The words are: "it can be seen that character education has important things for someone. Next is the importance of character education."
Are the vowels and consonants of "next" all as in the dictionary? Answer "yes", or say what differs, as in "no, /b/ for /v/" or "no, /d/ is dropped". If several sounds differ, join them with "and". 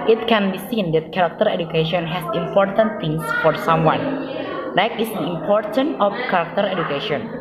no, /s/ is dropped